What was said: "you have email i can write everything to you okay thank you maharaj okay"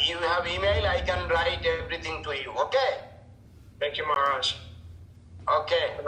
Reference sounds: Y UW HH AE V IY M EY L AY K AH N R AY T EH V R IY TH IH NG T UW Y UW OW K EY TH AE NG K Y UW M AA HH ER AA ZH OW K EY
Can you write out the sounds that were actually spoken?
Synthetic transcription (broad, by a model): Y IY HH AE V IY M EY L AY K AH N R AY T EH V R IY T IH NG T UW Y UW OW K EY T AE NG K Y UW M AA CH OW K EY